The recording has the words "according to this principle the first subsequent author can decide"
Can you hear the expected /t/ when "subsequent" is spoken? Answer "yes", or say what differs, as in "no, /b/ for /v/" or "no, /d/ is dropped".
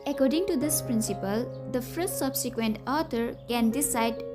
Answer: yes